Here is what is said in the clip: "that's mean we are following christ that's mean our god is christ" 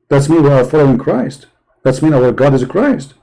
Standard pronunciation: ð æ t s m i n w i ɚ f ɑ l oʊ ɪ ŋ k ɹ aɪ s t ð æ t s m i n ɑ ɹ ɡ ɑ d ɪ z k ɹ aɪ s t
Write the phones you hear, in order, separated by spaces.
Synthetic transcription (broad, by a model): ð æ t s m i n w i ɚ f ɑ l oʊ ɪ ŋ k ɹ aɪ s t ð æ t s m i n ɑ w ɡ ɑ d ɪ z k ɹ aɪ s t